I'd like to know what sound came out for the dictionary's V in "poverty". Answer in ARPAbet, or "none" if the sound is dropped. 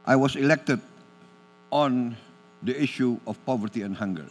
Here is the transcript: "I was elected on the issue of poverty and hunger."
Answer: V